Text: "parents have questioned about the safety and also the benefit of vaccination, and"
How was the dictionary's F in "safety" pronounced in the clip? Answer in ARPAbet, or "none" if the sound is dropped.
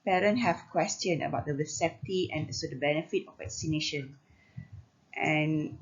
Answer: P